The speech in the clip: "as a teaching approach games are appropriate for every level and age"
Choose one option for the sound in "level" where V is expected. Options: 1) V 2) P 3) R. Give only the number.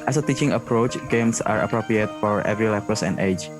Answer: 2